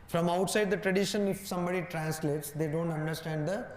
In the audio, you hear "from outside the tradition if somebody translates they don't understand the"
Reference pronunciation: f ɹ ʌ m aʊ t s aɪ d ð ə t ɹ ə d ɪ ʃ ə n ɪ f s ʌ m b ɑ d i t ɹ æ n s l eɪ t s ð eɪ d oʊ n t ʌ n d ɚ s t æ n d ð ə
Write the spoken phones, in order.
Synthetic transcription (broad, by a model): f ɹ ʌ m aʊ t s aɪ d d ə t ɹ ə d ɪ ʃ ə n ɪ f s ʌ m b ɑ d i t ɹ æ n s l eɪ t s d eɪ d oʊ n t ʌ n d ɚ s t æ n d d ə